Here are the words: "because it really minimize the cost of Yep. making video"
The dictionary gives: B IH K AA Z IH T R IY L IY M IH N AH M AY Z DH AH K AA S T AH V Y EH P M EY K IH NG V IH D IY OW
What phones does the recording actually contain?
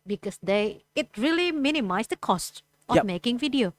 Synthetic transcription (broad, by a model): B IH K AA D IH T R IY L IY M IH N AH M AY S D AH K AA S T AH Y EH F M EY K IH NG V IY D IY OW